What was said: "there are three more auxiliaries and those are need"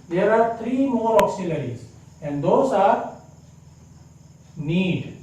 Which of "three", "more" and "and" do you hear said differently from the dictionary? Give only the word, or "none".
three